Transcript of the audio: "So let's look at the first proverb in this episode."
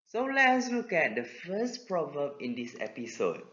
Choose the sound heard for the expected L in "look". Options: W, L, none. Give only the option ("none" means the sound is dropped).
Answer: W